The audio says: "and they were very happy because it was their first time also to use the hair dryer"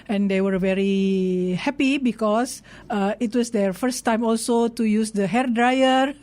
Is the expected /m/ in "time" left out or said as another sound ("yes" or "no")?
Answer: no